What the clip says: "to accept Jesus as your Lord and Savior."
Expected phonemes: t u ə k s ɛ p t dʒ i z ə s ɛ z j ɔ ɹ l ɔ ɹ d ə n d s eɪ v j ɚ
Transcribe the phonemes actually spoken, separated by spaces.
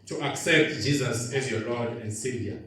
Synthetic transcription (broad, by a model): t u ə k s ɛ p t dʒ i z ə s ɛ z j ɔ l ɔ d ə n d s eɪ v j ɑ